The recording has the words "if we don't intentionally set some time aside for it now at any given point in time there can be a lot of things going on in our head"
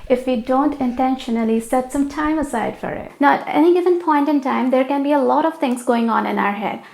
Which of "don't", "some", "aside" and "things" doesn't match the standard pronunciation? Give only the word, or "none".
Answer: things